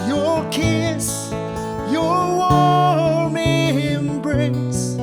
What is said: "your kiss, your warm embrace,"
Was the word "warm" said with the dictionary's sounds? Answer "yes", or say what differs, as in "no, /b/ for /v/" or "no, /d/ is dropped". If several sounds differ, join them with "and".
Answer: no, /l/ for /ɹ/